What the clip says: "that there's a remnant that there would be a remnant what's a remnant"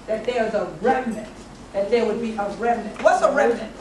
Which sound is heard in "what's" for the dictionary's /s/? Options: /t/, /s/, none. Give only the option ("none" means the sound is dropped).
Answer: /s/